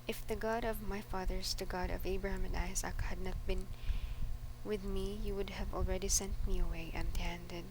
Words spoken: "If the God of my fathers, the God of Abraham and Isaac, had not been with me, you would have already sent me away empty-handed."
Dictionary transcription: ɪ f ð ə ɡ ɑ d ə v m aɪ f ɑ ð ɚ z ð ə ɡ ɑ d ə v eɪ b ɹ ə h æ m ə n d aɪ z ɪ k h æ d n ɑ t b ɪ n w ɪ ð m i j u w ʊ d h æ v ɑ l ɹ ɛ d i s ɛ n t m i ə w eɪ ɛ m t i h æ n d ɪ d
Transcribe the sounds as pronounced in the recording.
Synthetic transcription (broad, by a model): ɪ f ð ə ɡ ɑ d ə v m aɪ f ɑ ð ɚ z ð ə ɡ ɑ d ə v eɪ b ɹ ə h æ m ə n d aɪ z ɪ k h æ d n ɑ t b ɪ n w ɪ ð m i j u w ʊ d h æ v ɑ l ɹ ɛ d i s ɛ n t m i ə w eɪ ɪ t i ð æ n d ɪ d